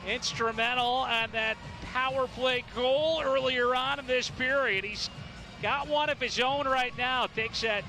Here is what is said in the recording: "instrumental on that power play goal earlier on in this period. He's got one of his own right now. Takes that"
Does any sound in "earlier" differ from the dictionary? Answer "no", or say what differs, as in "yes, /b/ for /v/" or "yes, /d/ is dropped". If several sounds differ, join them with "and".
no